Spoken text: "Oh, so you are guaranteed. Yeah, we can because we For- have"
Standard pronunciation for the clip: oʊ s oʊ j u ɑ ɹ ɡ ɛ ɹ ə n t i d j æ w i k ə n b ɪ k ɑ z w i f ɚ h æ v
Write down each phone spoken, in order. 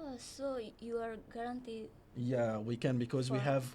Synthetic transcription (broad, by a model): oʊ s oʊ j u ɑ ɹ ɡ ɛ ɹ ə n t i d j æ w i k ə n b ɪ k ɑ z w i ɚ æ v